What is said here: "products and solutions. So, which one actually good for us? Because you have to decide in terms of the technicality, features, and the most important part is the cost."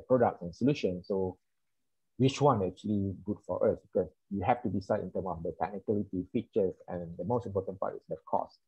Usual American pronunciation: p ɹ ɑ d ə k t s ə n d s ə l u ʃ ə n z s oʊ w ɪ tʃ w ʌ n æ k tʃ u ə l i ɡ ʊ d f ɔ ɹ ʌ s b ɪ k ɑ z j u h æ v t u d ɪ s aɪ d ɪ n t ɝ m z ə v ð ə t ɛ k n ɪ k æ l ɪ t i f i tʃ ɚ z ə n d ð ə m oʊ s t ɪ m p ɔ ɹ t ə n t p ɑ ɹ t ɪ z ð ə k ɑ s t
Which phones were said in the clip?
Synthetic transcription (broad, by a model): p ɹ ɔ d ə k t s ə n s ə l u ʃ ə n s oʊ w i tʃ w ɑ n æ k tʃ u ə l i ɡ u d f ɔ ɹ ʌ s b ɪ k ɑ s j u h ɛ f t u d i s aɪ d ɪ n t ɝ m ə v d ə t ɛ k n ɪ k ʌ l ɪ t i f i tʃ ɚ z ə n d ə m oʊ s t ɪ m p ɔ t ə n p ɑ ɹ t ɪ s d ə k ɑ s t